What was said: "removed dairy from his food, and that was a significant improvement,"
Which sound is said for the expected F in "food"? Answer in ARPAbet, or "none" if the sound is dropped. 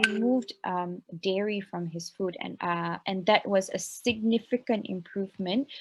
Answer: F